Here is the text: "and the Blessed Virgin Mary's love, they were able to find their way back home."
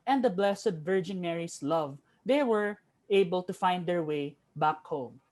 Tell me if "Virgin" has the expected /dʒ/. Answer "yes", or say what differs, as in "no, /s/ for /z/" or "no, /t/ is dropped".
yes